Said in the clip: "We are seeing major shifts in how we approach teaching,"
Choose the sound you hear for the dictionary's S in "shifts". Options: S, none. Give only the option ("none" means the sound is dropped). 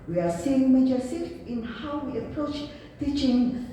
none